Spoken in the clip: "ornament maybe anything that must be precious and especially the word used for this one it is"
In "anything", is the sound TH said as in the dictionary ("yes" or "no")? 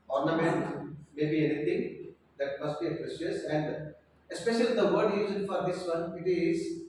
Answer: no